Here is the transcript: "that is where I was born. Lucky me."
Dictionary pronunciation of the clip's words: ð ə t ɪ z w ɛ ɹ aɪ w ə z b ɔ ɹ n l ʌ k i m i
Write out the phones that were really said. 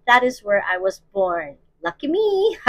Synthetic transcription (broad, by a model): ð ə t ɪ z w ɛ ɹ aɪ w ə z b ɔ ɹ n l ʌ k i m i